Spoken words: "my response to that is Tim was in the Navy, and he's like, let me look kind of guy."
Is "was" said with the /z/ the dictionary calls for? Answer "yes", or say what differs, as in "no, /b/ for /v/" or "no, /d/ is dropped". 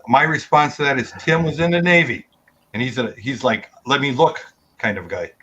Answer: yes